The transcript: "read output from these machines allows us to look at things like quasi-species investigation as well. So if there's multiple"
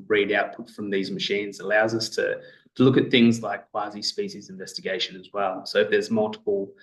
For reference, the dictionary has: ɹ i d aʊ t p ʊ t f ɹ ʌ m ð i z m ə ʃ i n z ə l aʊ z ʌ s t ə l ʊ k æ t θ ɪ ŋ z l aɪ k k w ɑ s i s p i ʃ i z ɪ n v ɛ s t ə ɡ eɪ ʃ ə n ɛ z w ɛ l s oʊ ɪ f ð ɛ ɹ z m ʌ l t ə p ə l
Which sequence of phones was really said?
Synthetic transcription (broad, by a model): ɹ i d aʊ t p ʊ t f ɹ ʌ m ð i z m ə ʃ i n z ə l aʊ z ʌ s t ə l ʊ k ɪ t θ ɪ ŋ z l aɪ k k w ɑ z i s p i ʃ i z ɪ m v ɛ s t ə ɡ eɪ ʃ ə n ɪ z w ɛ l s oʊ ɪ f ð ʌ ɹ z m ʌ l t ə p l